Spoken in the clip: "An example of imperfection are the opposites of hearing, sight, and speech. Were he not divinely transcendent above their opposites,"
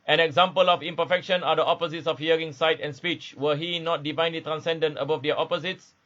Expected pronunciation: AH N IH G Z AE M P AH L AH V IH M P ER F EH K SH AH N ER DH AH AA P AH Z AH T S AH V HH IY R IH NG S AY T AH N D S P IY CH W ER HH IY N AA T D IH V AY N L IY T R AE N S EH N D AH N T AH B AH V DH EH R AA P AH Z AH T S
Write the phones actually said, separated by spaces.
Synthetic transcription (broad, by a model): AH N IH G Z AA M P AH L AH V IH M P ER F EH K SH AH N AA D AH AA P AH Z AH T S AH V HH IY R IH NG S AY T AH N S P IY CH W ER HH IY N AA T D IH V AY N L IY T R AE N S EH N D AH N T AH B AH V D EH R AA P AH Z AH T S